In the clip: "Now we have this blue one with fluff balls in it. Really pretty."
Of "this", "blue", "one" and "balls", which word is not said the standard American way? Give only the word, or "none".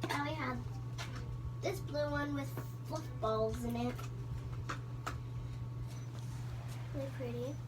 none